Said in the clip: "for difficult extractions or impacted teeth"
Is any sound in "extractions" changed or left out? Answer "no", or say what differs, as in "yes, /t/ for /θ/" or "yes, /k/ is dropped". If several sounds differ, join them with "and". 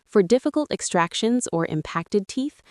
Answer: no